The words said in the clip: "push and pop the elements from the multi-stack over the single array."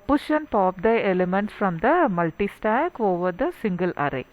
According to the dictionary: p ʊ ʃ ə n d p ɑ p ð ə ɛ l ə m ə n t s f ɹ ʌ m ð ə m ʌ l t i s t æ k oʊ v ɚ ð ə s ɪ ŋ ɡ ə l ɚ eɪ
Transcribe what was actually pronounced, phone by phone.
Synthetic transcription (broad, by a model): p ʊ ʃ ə n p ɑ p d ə ɛ l ə m ə n t s f ɹ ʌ m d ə m ʌ l t i s t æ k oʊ v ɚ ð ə s ɪ ŋ ɡ ə l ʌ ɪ